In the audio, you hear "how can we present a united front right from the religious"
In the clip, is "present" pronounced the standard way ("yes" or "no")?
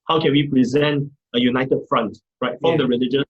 yes